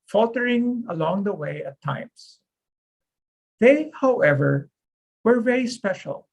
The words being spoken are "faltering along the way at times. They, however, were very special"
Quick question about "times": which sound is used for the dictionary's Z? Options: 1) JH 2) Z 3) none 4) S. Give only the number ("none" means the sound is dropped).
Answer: 4